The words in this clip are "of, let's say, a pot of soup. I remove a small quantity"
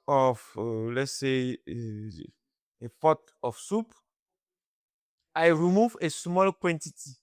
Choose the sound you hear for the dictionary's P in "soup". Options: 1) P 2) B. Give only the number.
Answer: 1